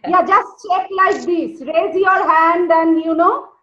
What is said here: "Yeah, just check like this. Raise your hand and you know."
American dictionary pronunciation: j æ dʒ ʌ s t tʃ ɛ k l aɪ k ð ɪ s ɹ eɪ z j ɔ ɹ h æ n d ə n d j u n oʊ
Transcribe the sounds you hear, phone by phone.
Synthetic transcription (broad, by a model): j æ dʒ ʌ s t tʃ ɛ k l aɪ k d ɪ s ɹ eɪ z j ɔ ɹ h æ n d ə n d j u n oʊ